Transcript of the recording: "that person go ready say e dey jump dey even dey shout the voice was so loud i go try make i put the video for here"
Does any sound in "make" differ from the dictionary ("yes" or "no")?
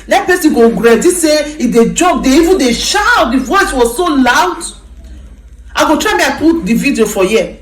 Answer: yes